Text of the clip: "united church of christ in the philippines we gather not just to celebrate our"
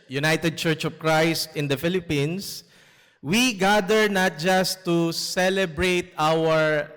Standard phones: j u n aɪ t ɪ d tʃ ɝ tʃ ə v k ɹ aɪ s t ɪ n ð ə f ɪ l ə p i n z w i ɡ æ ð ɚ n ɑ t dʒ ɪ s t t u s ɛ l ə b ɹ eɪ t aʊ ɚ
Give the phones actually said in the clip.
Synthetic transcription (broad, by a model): j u n aɪ t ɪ d tʃ ɝ tʃ ə v k ɹ aɪ s t ɪ n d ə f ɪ l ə p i n s w i ɡ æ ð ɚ n ɑ t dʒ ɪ s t t u s ɛ l ə b ɹ eɪ t aʊ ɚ